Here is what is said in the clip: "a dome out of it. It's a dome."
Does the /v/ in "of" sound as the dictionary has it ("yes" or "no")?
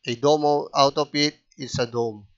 no